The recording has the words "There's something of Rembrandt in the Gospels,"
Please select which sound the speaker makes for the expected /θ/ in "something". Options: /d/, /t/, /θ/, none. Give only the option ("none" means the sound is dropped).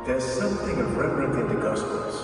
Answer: /θ/